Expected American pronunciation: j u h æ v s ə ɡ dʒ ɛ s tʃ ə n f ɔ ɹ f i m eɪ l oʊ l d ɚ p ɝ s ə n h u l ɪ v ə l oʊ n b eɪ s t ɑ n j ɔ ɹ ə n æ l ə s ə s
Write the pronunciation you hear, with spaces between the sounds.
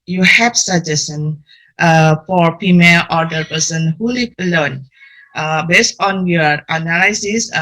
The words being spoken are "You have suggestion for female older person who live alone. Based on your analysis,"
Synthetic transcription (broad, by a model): j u h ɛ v s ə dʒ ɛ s ə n f ɔ ɹ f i m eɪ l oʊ d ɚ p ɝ s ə n h u l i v ə l oʊ n b eɪ s t ɑ n j ɔ ɹ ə n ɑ l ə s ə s